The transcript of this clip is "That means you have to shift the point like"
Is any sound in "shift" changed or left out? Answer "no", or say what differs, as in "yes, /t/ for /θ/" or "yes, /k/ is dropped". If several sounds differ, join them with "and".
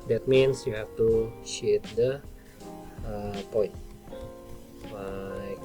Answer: yes, /f/ is dropped